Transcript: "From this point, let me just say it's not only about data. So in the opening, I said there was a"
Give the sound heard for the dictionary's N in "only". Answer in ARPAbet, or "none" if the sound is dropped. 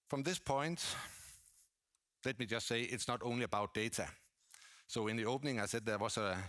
N